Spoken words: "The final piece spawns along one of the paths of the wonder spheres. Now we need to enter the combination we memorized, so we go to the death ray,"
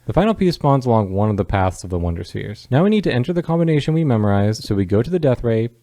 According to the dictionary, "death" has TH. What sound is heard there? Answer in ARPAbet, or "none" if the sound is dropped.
TH